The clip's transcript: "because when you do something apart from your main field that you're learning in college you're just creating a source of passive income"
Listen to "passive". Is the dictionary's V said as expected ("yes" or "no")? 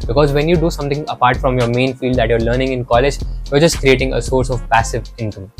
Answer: yes